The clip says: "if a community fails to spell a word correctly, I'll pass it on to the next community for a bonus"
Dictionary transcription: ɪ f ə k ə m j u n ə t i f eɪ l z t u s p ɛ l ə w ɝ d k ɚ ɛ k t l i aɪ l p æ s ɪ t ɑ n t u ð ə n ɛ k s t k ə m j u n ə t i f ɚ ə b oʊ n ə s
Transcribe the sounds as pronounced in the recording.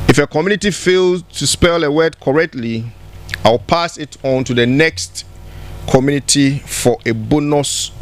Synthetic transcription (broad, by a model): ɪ f ə k ə m j u n ə t i f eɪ l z t u s p ɛ l ə w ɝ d k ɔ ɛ k t l i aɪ w p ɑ s ɪ t ɑ n t u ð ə n ɛ k s t k ə m j u n ə t i f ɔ ə b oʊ n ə s